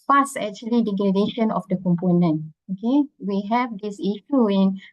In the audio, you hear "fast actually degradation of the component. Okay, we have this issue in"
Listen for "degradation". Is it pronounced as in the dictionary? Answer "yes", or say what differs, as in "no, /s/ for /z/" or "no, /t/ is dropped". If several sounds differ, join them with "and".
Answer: no, /l/ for /ɹ/